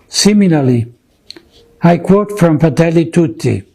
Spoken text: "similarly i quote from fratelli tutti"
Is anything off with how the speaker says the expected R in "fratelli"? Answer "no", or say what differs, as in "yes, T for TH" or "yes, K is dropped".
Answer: yes, R is dropped